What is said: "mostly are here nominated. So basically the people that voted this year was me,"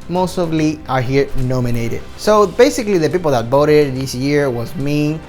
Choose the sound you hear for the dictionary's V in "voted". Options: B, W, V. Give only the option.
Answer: B